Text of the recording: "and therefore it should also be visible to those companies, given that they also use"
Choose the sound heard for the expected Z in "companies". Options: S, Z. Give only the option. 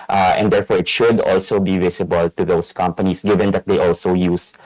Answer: S